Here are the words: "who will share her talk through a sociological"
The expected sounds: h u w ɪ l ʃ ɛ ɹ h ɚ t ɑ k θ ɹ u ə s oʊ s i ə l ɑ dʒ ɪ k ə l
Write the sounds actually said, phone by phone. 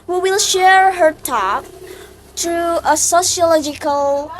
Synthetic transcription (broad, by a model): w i w ɪ l ʃ ɛ ɹ h ɚ t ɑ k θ ɹ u ə s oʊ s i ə l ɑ dʒ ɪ k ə l